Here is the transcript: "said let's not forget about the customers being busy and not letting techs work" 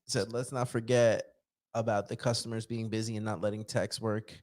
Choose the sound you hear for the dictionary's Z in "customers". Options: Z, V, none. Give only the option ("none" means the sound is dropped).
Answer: Z